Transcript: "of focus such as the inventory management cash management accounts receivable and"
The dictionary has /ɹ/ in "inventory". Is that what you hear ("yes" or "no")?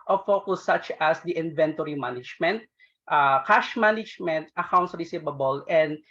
yes